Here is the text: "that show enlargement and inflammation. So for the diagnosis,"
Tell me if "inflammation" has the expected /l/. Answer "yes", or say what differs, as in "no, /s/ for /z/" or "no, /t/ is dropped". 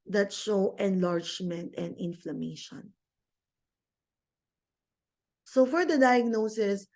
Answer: yes